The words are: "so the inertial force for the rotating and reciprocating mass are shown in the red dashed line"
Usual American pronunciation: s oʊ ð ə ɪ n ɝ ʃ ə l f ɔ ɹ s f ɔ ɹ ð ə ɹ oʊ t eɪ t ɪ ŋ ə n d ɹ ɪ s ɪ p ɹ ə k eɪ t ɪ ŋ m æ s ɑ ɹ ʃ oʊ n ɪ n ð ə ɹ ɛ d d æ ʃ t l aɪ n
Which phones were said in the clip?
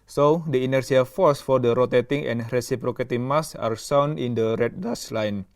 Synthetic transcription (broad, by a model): s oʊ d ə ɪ n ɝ s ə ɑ f ɔ ɹ s f ɔ ɹ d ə ɹ oʊ t eɪ t ɪ ŋ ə n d ɹ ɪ s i p ɹ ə k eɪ t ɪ m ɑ s ɑ ɹ s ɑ n ɪ n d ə ɹ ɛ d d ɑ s l aɪ n